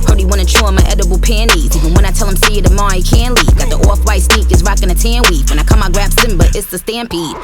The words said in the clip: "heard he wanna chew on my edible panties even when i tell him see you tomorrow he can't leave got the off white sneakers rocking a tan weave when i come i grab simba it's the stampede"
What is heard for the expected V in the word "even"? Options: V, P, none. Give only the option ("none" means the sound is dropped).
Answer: none